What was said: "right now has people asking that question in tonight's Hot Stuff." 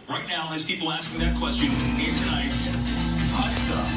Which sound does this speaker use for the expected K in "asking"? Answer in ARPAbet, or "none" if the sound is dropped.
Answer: K